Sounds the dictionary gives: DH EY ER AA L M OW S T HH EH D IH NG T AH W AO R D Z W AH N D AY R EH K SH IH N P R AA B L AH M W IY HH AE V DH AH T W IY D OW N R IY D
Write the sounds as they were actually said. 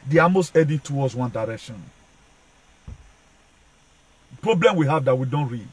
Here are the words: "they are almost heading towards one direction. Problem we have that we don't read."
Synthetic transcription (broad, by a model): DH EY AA M OW S T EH D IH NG T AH W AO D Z W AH N D AY R EH K SH IH N P R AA B L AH M W IY HH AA V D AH T W IY D OW N R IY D